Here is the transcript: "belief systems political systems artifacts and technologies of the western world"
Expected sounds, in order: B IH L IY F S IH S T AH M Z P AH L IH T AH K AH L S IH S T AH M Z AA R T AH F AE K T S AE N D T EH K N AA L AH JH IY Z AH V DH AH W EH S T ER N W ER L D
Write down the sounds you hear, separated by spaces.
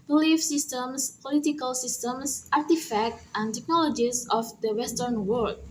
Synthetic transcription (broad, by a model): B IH L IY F S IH S T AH M S P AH L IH T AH K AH L S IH S T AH M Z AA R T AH F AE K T AE N T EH K N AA L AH JH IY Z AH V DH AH W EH S T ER N W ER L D